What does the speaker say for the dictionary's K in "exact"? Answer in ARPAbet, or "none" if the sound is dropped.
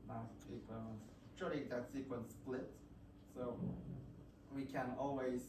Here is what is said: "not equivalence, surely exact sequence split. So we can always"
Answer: none